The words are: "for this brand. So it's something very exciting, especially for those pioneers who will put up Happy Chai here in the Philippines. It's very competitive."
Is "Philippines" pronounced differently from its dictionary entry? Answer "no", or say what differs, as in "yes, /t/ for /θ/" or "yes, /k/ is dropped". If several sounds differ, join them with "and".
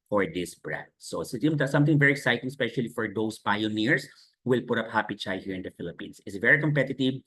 yes, /s/ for /z/